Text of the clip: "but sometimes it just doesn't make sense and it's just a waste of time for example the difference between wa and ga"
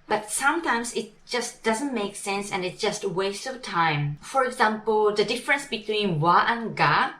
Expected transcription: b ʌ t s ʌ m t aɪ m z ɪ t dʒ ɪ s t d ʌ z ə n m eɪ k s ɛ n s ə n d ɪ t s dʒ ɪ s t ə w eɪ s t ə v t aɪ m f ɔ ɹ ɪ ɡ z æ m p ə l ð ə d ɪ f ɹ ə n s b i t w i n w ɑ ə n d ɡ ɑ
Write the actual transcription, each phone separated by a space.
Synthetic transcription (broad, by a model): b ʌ t s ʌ m t aɪ m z ɪ t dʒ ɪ s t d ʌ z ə n m eɪ k s ɛ n s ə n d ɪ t dʒ ɪ s t w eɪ s ə t aɪ m f ɔ ɹ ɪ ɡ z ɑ m p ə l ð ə d ɪ f ɹ ə n s b i t w i n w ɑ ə n ɡ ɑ